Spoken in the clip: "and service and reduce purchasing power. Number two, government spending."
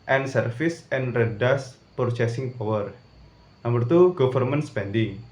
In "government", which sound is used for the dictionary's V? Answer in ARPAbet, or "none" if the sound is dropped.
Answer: F